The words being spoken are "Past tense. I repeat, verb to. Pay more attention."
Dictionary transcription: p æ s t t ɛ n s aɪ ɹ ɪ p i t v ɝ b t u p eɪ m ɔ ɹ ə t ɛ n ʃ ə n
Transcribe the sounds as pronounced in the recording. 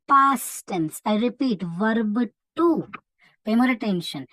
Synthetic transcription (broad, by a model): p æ s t t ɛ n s aɪ ɹ ɪ p i t v ɝ b t u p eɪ m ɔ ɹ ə t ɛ n ʃ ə n